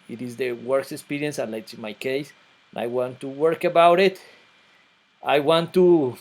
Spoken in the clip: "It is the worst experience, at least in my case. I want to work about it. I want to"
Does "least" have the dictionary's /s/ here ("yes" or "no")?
no